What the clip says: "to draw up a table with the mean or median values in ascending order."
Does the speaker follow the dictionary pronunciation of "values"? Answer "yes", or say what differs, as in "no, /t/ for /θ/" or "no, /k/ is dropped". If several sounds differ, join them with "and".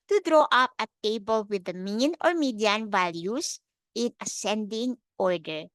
no, /s/ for /z/